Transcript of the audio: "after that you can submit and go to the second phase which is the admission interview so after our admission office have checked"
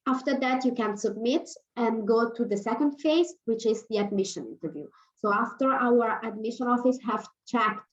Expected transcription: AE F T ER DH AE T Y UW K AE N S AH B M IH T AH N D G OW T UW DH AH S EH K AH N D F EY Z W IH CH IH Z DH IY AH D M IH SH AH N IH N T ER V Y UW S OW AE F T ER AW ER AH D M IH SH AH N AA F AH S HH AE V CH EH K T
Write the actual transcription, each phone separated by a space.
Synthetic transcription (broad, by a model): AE F T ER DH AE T Y UW K AE N S AH B M IH T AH N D G OW T UW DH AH S EH K AH N D F EY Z W IH CH IH Z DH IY AH D M IH SH AH N IH N T ER V Y UW S OW AE F T ER AW ER AH D M IH SH AH N AA F AH S HH AE V CH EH K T